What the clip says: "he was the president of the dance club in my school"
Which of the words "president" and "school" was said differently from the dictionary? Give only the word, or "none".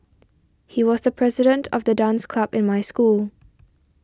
none